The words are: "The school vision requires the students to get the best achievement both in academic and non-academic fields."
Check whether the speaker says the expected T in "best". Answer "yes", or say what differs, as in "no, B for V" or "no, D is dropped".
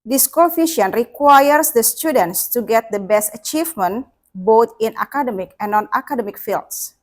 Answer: yes